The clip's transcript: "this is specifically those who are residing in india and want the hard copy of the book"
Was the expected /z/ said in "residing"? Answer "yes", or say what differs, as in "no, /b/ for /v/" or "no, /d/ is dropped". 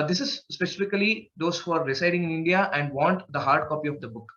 no, /s/ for /z/